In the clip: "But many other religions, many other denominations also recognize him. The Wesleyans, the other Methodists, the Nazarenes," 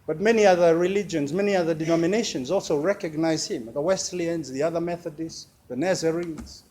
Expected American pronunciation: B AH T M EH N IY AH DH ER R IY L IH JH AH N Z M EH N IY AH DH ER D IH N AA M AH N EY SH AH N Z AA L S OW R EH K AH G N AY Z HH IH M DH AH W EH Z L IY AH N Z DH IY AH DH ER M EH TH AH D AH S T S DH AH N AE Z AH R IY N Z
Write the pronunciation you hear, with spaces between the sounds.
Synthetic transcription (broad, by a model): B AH T M EH N IY AH DH ER R IY L IH JH AH N Z M EH N IY AH DH ER D IH N AA M AH N EY SH AH N Z AA L S OW R EH K AH G N AY Z HH IH M DH AH W EH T L IY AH N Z DH IY AH DH ER M EH TH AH D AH S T DH AH N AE Z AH R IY N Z